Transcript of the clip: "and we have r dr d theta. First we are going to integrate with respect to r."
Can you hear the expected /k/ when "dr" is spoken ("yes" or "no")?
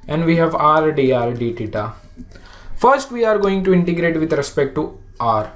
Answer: no